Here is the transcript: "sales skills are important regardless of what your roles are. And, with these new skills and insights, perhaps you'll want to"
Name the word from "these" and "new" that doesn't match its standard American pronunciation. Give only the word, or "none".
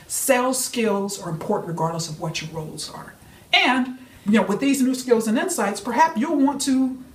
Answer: none